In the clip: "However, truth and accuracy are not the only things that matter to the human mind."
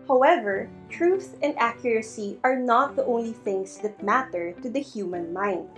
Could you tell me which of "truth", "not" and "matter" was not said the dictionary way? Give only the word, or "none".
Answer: none